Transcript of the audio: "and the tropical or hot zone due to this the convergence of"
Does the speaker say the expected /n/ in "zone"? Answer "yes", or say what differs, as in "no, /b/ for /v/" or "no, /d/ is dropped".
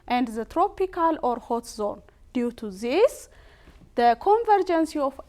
yes